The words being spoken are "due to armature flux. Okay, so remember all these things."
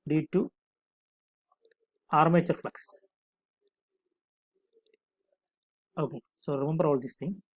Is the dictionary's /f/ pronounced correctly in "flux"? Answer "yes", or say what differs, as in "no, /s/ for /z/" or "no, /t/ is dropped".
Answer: yes